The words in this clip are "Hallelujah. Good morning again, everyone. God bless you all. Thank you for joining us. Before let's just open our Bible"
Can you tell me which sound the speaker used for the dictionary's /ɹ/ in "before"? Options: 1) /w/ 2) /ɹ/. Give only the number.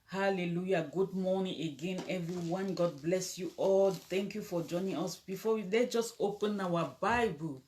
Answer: 1